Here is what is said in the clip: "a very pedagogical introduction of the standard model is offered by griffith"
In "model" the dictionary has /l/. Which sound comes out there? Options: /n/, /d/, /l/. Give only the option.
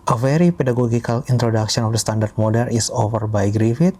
/n/